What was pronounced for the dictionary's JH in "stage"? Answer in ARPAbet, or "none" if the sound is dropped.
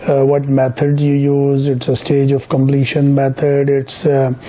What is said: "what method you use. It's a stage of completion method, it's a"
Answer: JH